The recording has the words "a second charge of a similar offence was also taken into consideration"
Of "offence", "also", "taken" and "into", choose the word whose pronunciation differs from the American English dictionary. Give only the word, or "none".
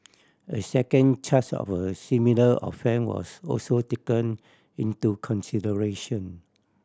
offence